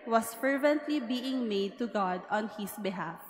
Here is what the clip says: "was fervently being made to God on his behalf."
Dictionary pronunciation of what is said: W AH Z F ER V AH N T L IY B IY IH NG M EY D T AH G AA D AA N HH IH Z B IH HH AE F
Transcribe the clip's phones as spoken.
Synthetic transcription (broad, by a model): W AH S F ER V AH N T L IY B IY IH NG M EY D T AH G AA D AA N HH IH S B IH HH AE F